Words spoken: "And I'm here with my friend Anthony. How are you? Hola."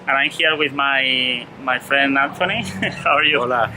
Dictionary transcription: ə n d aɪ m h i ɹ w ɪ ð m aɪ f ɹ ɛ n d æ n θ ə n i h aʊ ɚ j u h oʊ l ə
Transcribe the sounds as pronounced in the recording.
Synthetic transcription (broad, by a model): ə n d aɪ m h i ɹ w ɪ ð m aɪ f ɹ ɛ n d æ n t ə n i h aʊ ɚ j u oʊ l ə